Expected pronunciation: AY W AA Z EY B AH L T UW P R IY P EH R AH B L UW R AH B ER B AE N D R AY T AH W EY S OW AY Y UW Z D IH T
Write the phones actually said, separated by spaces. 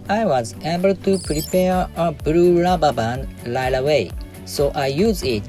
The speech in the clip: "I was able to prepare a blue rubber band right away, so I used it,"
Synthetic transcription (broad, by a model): AY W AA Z EY B AH L T UW P R IY P EH R AH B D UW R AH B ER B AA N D L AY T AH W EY S OW AY Y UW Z IH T